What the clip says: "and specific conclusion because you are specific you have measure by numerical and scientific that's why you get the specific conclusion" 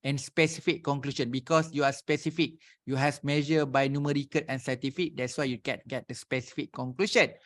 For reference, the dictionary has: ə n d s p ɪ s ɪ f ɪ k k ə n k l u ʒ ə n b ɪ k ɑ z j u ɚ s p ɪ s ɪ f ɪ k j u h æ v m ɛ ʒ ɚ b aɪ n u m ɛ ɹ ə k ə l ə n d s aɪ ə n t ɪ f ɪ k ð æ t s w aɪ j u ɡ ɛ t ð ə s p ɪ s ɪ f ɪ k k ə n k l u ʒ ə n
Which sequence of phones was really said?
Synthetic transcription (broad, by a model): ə n s p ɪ s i f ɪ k k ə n k l u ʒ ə n b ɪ k ɑ s j u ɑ s p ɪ s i f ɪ k j u h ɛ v m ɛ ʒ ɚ b aɪ n u m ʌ ɹ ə k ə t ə n s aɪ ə t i f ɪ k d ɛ t s w aɪ j u ɡ ɛ t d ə s p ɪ s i f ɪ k k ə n k l u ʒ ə n